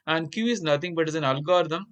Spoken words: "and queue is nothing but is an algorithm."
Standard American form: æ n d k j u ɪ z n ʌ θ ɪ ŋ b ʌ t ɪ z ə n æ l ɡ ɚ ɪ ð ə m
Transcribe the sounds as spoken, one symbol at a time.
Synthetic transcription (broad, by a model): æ n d k j u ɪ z n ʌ t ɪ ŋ b ʌ t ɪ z ə n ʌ l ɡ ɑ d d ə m